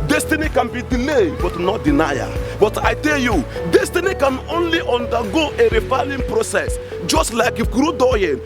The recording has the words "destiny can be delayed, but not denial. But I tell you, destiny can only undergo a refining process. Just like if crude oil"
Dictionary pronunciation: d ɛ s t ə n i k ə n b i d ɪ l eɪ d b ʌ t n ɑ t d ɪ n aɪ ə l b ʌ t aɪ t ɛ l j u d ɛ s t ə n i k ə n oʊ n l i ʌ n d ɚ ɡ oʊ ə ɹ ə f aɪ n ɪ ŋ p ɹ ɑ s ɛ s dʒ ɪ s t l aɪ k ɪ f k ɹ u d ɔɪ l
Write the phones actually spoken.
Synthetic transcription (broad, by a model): d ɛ s t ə n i k ə n b i d ɪ l eɪ d b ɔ t n ɑ t d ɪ n aɪ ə b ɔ t aɪ t ɛ l j u d ɛ s t ə n i k ə n oʊ n l i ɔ n d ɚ ɡ oʊ ə ɹ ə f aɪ l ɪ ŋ p ɹ ɑ s ɛ s dʒ ɪ s t l aɪ k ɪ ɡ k ɹ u d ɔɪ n